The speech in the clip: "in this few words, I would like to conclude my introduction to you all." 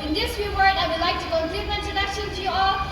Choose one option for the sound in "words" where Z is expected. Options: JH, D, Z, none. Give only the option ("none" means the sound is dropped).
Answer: none